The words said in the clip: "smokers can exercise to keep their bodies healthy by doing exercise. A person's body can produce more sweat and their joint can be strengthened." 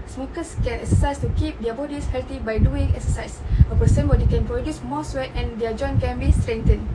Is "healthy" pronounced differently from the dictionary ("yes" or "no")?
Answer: yes